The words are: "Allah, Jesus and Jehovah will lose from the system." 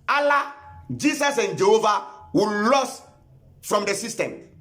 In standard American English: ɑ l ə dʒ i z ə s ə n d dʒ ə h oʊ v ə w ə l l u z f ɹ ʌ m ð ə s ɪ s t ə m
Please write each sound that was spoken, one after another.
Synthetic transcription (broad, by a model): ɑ l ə dʒ i s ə s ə n dʒ ə h oʊ v ə w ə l l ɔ s f ɹ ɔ m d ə s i s t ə m